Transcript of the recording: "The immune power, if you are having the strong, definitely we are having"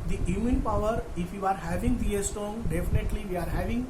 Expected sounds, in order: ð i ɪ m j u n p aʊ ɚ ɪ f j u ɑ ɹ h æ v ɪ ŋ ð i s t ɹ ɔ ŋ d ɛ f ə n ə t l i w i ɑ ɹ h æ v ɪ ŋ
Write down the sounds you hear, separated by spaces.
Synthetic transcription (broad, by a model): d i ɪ m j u n p aʊ ɚ ɪ f j u ɑ ɹ h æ v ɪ ŋ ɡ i s t ɔ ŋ d ɛ f ə n ə t l i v i ɑ ɹ h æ v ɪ ŋ